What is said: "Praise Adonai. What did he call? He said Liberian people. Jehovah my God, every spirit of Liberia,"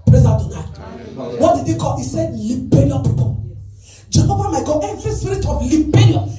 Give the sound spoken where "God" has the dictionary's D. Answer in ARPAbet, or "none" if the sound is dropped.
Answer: none